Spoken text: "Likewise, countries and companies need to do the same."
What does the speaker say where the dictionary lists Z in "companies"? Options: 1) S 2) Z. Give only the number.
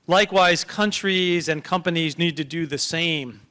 2